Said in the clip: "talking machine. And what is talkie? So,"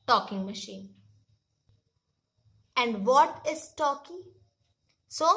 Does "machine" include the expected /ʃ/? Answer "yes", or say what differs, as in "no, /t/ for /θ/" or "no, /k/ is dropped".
yes